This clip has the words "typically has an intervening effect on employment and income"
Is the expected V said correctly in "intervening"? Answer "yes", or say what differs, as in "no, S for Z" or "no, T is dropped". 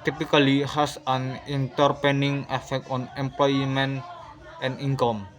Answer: no, P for V